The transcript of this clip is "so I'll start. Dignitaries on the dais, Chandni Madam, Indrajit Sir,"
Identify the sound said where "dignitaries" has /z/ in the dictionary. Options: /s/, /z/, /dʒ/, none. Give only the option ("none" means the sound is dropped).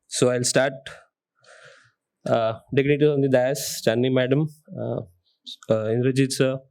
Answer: none